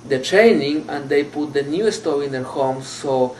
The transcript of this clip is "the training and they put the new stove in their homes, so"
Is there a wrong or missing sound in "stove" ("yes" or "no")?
yes